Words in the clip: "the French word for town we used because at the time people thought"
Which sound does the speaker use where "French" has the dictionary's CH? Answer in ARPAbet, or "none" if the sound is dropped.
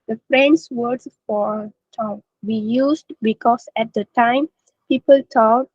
S